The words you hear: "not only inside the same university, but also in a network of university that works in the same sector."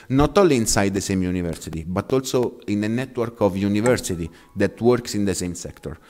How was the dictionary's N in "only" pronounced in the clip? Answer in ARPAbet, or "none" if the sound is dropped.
none